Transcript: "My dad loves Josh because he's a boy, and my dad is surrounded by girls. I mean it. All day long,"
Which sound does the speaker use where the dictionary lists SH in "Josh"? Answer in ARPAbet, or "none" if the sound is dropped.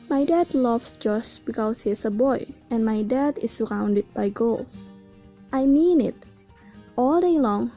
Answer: S